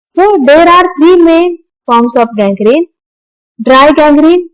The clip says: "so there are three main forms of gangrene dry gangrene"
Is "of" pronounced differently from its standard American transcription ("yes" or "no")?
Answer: yes